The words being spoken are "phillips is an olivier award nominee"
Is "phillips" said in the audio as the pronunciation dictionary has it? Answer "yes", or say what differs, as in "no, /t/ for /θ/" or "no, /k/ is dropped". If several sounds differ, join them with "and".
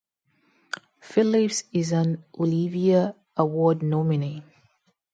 yes